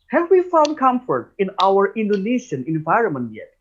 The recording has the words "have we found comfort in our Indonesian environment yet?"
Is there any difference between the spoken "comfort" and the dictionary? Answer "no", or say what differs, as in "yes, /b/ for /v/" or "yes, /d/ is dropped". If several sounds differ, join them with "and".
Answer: no